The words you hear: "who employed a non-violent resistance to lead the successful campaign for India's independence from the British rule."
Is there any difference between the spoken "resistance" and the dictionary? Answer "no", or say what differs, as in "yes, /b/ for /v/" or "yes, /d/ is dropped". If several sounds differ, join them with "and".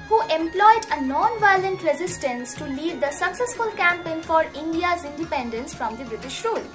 no